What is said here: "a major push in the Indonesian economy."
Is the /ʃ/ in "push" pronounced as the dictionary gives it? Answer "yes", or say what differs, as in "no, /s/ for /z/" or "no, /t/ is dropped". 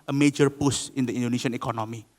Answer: no, /s/ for /ʃ/